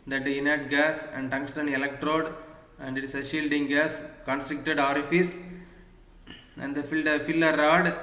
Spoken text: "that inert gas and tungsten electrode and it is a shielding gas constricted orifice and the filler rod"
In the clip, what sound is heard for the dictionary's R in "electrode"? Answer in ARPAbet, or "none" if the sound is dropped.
R